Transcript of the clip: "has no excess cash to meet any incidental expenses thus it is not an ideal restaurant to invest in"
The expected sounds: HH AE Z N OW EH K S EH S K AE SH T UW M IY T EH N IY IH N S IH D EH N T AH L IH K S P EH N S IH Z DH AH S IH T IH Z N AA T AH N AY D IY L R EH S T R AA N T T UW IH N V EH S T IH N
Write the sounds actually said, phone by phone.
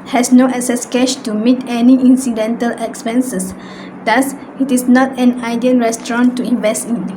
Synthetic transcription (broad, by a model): HH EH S N OW EH K S EH S K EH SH T UW M IY T EH N IY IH N S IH D EH N T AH L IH K S P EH N S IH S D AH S IH T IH S N AA T AH N AY D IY N R EH S T R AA N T T UW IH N V EH S T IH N